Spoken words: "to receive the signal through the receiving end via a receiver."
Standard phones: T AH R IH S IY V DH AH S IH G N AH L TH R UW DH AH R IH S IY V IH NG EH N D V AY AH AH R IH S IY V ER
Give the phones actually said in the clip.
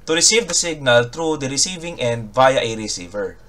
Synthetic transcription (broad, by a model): T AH R IH S IY V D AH S IH G N AH L T R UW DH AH R IH S IY V IH NG EH N D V AY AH AH R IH S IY V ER